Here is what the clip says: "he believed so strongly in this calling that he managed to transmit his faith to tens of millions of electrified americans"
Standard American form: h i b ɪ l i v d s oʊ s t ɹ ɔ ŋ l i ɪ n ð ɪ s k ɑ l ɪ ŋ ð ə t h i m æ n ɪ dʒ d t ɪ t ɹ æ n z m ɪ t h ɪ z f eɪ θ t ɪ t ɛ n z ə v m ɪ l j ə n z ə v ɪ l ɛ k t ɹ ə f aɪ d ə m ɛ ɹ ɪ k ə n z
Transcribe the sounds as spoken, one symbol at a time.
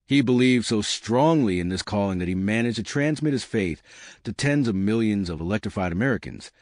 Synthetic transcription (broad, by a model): h i b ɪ l i v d s oʊ s t ɹ ɔ ŋ l i ɪ n ð ɪ s k ɑ l ɪ ŋ ð ə t h i m æ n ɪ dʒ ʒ t ɪ t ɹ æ n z m ɪ t h ɪ z f eɪ θ t ɪ t ɛ n z ə v m ɪ l j ə n z ə v ɪ l ɛ k t ɹ ə f aɪ d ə m ɛ ɹ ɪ k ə n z